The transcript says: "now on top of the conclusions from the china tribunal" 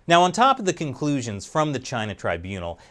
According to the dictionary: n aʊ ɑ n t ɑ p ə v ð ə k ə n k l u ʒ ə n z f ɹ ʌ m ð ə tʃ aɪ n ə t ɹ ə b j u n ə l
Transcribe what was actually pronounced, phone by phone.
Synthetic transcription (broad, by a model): n aʊ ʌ n t ɑ p ə v ð ə k ə n k l u ʒ ə n z f ɹ ʌ m ð ə tʃ aɪ n ə t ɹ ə b j u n l